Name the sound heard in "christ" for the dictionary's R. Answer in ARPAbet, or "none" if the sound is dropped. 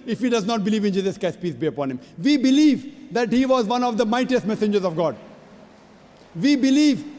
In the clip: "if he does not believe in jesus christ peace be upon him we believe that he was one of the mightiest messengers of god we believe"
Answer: none